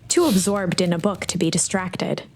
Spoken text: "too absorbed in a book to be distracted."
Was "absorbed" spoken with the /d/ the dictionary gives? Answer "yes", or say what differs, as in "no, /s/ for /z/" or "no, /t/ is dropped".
yes